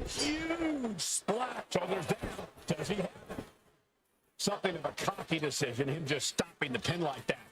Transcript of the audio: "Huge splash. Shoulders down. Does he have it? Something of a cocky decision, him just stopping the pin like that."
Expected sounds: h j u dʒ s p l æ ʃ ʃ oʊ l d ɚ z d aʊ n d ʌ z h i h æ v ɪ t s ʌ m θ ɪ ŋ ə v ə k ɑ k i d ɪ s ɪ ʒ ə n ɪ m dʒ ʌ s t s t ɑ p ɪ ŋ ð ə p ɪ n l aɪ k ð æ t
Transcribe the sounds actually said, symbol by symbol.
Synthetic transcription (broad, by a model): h j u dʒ s l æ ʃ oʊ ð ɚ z d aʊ d ʌ z i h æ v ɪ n s ʌ m θ ɪ ŋ ə v ə k ɑ k i d ɪ s ɪ ʒ ə n ɪ m dʒ ʌ s t s t ɑ p ɪ ŋ ð ə p ɪ n l aɪ k ð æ t